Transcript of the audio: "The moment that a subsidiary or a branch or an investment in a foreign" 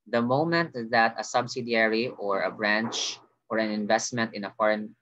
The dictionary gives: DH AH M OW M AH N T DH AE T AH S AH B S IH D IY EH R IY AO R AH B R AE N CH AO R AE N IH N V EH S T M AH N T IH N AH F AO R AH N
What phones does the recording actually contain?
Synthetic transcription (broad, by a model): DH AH M OW M AH N T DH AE T AH S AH B S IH D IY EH R IY AO R AH B R AE N CH AO R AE N IH N V EH S T M AH N T IH N AH F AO R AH N